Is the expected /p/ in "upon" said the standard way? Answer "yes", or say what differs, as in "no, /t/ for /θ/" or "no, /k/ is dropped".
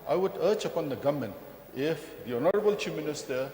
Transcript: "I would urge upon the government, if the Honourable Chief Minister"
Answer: yes